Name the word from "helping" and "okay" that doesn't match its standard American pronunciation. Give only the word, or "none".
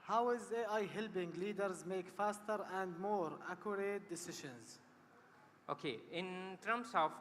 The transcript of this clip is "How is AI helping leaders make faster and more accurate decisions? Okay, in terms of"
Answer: helping